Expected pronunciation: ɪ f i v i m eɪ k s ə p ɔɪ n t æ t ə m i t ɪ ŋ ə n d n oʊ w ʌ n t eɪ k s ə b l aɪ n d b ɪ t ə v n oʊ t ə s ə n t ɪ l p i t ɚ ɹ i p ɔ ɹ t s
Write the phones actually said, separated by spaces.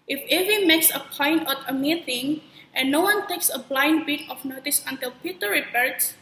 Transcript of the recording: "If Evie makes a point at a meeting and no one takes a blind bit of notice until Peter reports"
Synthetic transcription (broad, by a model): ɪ f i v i m eɪ k s ə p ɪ n ɔ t ə m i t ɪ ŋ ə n n oʊ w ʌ n t eɪ k s ə b l aɪ n d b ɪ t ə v n oʊ t ə s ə n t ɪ l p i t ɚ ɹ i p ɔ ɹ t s